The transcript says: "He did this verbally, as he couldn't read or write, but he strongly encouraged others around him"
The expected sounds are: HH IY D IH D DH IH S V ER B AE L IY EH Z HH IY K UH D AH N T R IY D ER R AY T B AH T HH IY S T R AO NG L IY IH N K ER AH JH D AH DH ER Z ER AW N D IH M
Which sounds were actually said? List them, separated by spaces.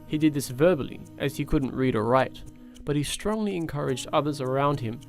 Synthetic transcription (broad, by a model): HH IY D IH D DH IH S V ER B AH L IY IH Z IY K UH D N T R IY D ER R AY T B AH T HH IY S T R AO NG L IY IH N K ER AH JH D AH DH ER Z ER AW N D IH M